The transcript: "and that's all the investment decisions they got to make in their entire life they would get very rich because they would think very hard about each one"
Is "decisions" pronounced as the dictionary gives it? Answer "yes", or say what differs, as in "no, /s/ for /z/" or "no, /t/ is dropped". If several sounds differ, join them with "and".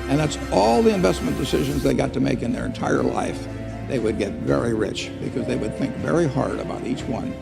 yes